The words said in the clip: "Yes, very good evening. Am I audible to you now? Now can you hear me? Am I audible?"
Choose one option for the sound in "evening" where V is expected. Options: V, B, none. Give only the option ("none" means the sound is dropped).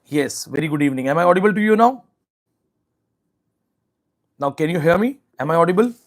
V